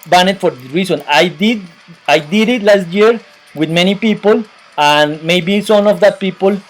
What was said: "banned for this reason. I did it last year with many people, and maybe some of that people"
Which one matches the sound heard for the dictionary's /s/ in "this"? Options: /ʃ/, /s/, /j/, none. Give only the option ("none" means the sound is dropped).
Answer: none